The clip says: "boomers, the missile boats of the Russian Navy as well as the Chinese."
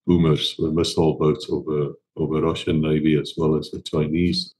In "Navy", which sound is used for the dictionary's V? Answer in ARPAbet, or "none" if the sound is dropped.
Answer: V